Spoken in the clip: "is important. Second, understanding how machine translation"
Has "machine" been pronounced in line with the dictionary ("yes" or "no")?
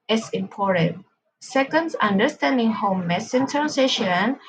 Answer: no